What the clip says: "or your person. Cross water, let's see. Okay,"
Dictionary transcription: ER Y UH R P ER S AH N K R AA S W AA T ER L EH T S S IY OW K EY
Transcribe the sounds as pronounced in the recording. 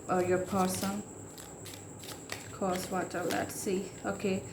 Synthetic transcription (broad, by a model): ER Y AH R P ER S AH N K AA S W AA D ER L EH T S S IY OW K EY